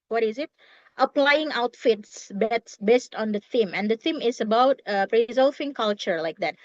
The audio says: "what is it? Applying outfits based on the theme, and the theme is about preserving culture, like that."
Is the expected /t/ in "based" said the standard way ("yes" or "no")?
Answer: yes